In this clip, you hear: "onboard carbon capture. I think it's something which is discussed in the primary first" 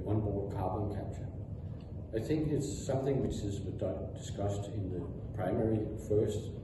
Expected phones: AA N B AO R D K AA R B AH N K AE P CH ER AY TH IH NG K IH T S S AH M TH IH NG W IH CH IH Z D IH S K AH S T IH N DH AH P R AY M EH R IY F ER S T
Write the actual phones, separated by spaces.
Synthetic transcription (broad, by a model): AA N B AO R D K AA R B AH N K AE P CH ER AY TH IH NG K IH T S S AH M TH IH NG W IH CH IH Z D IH S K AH S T IH N DH AH P R AY M EH R IY F ER S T